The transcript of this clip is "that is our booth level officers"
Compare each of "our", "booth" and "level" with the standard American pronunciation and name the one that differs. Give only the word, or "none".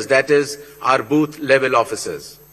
booth